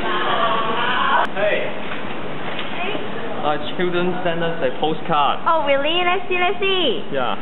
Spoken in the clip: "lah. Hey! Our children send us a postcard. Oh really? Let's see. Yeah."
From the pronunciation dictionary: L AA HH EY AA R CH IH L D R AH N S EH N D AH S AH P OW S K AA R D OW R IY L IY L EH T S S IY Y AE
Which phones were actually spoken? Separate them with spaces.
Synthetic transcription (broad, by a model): HH EY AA CH IH L D R AH N S EH N D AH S AH P OW S K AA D OW W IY L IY N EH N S S IY Y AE